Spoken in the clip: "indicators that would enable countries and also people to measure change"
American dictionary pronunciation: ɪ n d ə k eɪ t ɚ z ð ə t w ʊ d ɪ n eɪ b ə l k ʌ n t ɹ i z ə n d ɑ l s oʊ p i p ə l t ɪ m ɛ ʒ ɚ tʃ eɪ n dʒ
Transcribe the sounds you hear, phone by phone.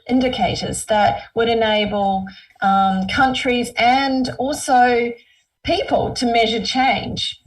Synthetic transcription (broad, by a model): ɪ n d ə k eɪ t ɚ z ð ə t w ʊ d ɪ n eɪ b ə l k ʌ n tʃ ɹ i z ə n d ɑ l s oʊ p i p ə l t ɪ m ɛ ʒ ɚ tʃ eɪ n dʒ